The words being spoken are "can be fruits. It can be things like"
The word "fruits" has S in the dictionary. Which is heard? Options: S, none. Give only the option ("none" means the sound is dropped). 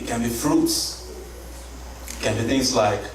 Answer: S